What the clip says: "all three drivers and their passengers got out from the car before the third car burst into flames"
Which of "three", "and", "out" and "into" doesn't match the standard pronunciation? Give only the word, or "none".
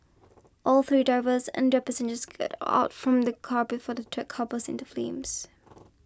none